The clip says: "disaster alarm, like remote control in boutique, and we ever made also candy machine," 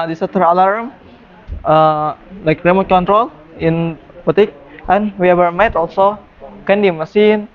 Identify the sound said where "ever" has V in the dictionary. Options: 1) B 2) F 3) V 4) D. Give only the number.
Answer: 1